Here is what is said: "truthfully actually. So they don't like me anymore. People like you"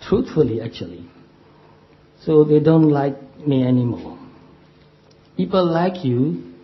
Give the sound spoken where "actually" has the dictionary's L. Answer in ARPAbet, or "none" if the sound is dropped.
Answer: L